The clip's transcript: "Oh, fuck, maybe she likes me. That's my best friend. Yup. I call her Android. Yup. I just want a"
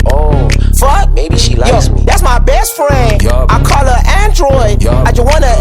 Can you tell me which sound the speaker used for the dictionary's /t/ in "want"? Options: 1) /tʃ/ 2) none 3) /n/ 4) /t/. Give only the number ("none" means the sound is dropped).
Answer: 2